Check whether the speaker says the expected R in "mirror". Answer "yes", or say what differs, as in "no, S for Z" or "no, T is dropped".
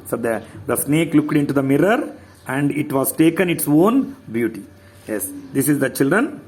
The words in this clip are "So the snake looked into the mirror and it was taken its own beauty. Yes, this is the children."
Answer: yes